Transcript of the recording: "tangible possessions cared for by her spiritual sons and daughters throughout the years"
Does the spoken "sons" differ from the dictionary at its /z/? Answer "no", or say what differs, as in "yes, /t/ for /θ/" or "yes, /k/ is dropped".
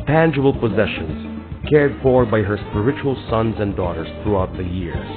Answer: no